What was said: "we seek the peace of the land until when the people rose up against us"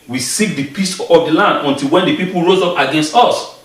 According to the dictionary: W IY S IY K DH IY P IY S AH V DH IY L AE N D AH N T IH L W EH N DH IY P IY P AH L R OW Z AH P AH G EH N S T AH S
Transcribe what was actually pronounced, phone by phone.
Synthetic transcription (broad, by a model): W IY S IY K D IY P IY S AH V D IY L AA N D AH N T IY L W EH N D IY P IY P L R OW Z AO P AH G EH N S T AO S